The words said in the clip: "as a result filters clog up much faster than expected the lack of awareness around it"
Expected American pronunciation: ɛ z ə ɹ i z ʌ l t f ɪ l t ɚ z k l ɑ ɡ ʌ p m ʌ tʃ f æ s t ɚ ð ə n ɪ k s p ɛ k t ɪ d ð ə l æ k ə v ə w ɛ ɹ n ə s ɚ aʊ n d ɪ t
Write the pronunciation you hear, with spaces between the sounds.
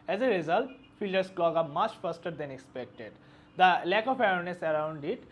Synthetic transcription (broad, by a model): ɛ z ə ɹ i z ʌ l t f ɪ l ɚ s k l ɑ ɡ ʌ m ʌ tʃ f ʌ s t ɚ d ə n ɪ k s p ɛ k t ɪ d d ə l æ k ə f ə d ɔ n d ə s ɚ aʊ n d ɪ t